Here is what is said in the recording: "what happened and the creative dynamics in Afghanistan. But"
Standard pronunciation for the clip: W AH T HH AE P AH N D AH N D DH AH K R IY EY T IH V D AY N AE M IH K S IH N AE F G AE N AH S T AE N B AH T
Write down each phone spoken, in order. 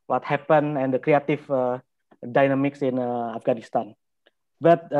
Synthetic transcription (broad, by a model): W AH T HH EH P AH N AH N D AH K R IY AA T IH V D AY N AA M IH K S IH N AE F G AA N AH S T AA N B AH T